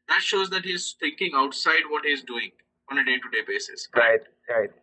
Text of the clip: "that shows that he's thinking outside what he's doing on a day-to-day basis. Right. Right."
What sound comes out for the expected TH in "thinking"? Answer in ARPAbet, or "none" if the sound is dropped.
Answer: T